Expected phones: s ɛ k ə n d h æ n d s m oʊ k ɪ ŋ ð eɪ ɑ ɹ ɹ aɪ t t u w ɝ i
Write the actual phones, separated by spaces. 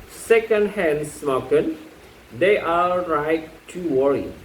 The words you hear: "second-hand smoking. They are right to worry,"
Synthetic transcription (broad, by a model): s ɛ k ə n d h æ n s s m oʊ k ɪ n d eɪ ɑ l ɹ aɪ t t u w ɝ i